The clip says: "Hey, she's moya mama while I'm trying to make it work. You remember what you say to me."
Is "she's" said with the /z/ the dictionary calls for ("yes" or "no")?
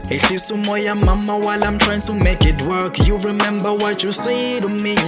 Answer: no